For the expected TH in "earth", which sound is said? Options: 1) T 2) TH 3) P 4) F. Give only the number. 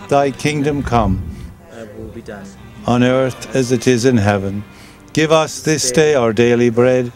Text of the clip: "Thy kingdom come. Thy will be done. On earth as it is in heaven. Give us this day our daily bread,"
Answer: 2